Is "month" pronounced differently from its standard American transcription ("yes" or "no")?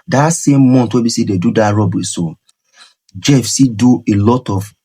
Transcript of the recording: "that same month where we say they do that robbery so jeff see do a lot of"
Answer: yes